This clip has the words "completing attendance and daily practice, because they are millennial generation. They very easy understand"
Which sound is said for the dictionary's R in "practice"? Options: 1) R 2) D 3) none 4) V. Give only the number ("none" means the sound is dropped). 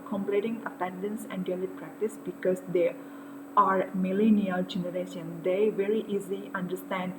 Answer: 1